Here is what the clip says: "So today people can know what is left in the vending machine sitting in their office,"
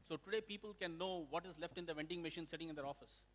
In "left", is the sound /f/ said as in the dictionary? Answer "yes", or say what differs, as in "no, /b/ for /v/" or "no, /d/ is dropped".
yes